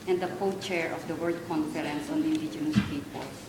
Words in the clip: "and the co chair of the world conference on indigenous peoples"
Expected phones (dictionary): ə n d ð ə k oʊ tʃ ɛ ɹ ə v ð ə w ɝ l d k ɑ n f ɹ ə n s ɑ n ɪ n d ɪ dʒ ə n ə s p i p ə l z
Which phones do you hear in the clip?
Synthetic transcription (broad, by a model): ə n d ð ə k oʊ tʃ ɛ ɹ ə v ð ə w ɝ d k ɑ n f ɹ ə n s ɑ n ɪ n d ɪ dʒ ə n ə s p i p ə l